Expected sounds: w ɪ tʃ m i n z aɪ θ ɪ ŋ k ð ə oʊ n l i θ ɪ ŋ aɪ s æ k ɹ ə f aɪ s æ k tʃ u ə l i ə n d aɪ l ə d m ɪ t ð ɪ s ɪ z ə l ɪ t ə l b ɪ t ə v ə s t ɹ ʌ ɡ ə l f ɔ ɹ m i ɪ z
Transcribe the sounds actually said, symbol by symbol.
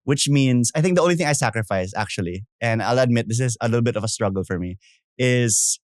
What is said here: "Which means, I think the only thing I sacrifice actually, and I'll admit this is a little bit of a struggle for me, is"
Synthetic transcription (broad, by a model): w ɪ tʃ m i n s aɪ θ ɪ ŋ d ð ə oʊ n l i θ ɪ ŋ aɪ s æ k ɹ ə f aɪ s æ k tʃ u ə l i ə n d aɪ l ə d m ɪ t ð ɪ s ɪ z ə l ɪ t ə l b ɪ t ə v ə s t ɹ ʌ ɡ ə l f ɔ ɹ m i ɪ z